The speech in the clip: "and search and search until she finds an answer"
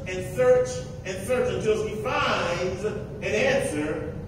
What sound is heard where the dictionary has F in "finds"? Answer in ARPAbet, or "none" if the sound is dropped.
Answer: F